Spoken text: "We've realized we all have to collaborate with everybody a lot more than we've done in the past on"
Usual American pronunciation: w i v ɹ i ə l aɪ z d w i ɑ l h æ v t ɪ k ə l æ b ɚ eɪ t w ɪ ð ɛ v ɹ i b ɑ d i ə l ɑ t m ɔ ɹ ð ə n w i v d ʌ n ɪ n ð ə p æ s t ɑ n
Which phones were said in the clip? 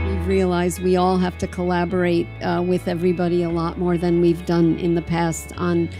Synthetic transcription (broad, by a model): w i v ɹ i ə l aɪ z d w i ɑ l h æ f t ɪ k ə l æ b ɚ eɪ t w ɪ ð ɛ v ɹ i b ɑ d i ə l ɑ t m ɔ ɹ ð ə n w i v d ʌ n ɪ n ð ə p æ s t n